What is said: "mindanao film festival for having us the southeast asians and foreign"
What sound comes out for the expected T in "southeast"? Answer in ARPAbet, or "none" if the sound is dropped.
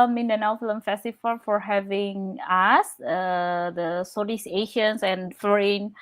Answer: none